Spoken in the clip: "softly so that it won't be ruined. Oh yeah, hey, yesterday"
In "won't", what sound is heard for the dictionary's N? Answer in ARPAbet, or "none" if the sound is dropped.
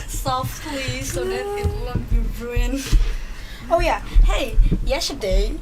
L